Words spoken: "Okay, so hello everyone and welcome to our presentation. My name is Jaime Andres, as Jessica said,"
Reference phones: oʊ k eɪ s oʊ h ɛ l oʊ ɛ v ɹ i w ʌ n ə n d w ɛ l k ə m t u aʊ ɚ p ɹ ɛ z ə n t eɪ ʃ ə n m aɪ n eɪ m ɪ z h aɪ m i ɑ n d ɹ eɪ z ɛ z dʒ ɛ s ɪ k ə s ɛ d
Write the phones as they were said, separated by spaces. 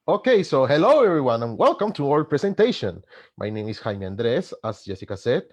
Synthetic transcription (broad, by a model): oʊ k eɪ s oʊ h ɛ l oʊ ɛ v ɹ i w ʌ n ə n w ɛ l k ə m t u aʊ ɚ p ɹ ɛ s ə n t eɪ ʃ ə n m aɪ n eɪ m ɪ s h aɪ m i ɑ n d ɹ eɪ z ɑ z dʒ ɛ s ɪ k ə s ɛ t